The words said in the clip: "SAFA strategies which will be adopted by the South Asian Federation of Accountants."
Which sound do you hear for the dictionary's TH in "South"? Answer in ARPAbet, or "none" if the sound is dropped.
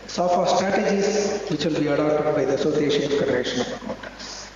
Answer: S